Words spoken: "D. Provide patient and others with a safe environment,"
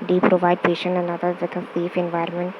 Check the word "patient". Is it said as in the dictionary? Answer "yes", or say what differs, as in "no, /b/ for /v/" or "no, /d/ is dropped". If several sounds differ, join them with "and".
yes